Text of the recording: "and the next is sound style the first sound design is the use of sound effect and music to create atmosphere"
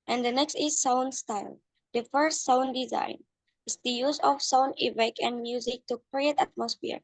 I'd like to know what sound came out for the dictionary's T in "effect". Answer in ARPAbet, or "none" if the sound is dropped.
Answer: none